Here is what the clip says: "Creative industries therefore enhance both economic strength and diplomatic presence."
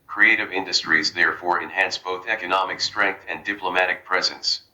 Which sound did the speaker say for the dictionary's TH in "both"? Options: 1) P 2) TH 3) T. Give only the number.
2